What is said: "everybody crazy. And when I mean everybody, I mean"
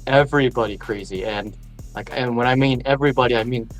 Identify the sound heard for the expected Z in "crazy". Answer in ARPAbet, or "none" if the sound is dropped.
Z